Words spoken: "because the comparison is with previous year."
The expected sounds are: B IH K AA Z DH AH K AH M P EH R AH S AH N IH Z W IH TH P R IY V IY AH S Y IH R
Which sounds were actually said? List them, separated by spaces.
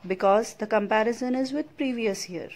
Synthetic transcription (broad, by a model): B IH K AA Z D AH K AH M P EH R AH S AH N IH Z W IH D P R IY V IY AH S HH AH R